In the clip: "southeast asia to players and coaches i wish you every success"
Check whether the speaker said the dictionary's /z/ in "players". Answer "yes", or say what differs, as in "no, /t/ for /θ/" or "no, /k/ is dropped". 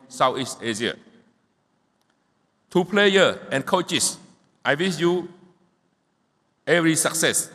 no, /z/ is dropped